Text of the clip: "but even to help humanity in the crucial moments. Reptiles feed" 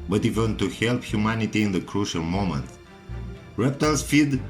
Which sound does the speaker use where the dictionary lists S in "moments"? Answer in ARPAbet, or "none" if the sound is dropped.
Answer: none